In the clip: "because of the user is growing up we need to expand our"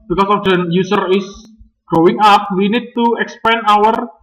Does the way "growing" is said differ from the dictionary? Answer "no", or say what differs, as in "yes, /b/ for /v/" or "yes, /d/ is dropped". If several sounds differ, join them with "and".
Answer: yes, /ɹ/ is dropped